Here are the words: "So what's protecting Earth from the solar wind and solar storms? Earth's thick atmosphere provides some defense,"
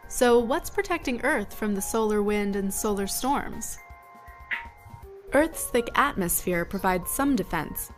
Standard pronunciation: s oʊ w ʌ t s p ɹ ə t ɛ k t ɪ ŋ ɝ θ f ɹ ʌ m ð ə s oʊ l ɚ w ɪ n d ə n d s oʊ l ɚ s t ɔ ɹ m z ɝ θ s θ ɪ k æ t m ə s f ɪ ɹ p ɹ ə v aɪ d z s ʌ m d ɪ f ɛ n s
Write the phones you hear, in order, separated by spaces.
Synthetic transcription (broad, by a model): s oʊ w ʌ t s p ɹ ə t ɛ k t ɪ ŋ ɝ θ f ɹ ʌ m ð ə s oʊ l ɚ w ɪ n d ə n s oʊ l ɚ s t ɔ ɹ m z ɝ θ s θ ɪ k æ t m ə s f ɪ ɹ p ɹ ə v aɪ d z s ʌ m d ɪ f ɛ n s